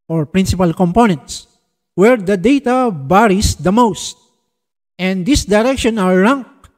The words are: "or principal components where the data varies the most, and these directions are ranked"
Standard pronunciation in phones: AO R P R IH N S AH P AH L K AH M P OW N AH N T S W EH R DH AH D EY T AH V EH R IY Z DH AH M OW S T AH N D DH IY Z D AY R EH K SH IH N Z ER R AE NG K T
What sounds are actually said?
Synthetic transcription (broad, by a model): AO R P R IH N S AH P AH L K AH M P OW N AH N T S W EH R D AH D EY T AH B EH R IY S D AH M OW S T AH N D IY S D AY R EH K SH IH N ER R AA NG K